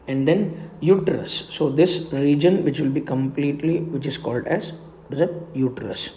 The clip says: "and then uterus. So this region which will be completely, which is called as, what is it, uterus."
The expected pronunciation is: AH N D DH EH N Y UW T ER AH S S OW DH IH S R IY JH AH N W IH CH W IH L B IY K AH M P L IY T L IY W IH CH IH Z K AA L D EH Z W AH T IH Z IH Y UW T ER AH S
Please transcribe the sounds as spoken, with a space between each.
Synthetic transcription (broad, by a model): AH N D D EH N Y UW T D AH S S OW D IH S R IY JH AH N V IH CH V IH L B IY K AH M P L IY T L IY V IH CH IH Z K AA L D EH Z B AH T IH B Y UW T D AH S